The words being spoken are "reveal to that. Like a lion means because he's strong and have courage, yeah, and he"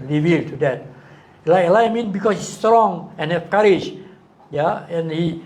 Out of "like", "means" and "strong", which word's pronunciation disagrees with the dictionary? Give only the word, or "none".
means